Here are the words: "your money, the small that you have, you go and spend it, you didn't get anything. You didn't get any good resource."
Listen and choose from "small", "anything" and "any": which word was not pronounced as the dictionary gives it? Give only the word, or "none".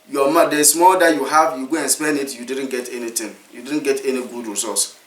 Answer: anything